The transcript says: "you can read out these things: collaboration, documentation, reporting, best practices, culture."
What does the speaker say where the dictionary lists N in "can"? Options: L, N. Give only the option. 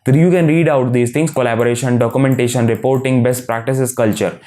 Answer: N